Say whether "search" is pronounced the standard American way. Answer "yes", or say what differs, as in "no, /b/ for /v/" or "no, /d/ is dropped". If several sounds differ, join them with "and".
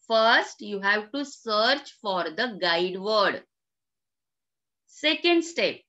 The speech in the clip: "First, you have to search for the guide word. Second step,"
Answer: yes